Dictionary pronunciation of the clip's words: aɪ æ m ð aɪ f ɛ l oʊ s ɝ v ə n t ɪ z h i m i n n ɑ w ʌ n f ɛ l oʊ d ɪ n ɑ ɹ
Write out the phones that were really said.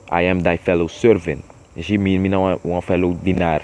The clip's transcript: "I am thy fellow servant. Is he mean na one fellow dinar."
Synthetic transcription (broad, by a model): aɪ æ m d aɪ f ɛ l oʊ s ɝ v ə n t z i m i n n ɑ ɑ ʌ f ɛ l oʊ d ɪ n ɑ ɹ